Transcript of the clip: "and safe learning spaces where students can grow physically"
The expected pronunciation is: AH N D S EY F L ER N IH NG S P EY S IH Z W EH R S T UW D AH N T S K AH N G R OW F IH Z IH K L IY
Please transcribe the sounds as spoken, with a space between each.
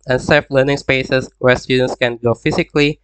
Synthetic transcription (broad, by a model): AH N S EY F L ER N IH NG S P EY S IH S W EH R S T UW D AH N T S K AH N G OW F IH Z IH K L IY